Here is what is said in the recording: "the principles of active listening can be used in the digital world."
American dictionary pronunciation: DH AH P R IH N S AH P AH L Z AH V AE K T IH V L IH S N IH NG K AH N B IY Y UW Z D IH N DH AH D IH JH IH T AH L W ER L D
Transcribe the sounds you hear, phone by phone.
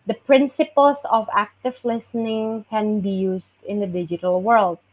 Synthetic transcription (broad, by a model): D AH P R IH N S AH P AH L S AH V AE K T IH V L IH S N IH NG K AH N B IY Y UW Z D IH N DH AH D IH JH IH T AH L W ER L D